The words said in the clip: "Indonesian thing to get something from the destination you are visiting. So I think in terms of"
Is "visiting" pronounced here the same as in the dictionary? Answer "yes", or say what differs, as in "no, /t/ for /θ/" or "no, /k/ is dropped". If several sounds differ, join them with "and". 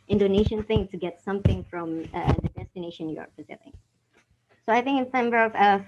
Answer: no, /f/ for /v/